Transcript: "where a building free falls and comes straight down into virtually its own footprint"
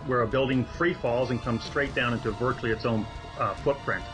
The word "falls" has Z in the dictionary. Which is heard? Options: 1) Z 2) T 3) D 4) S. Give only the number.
1